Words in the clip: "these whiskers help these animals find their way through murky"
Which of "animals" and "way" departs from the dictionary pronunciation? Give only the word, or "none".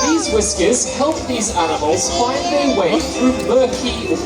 none